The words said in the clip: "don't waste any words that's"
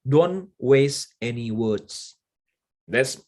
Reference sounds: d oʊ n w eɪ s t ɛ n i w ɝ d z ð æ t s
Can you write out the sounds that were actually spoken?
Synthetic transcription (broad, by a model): d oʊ n w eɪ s ɛ n i w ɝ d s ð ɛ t s